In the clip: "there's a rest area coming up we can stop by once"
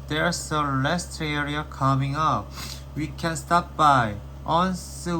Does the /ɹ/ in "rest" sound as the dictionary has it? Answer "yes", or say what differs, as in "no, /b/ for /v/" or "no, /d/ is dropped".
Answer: no, /l/ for /ɹ/